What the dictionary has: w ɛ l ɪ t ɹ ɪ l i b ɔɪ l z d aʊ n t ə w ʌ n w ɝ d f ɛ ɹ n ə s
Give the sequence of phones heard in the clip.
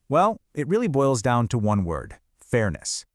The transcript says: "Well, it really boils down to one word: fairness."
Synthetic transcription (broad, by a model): w ɛ l ɪ t ɹ ɪ l i b ɔɪ l z d aʊ n t ə w ʌ n w ɝ d f ɛ ɹ n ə s